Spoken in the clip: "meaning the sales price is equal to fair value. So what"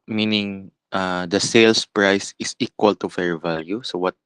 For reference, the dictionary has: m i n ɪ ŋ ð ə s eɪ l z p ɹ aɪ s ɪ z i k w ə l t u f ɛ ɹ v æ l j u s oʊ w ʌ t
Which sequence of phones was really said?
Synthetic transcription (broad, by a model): m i n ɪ ŋ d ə s eɪ l s p ɹ aɪ s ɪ s i k w ə l t u f ɛ ɹ v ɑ l j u s oʊ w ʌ t